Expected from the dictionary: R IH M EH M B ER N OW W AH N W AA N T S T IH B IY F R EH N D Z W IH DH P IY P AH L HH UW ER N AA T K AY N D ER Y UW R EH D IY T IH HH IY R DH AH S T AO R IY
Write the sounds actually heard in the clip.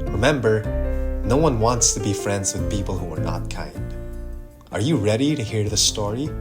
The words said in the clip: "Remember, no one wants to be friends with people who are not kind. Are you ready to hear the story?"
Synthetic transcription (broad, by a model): R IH M EH M B ER N OW W AH N W AA N T S T IH B IY F R EH N D Z W IH DH P IY P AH L HH UW ER N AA T K AY N D ER Y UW R EH D IY T IH HH IY R DH AH S T AO R IY